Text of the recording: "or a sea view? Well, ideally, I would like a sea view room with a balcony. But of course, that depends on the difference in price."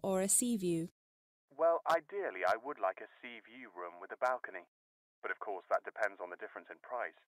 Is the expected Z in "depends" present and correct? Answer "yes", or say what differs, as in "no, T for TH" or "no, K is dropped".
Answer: yes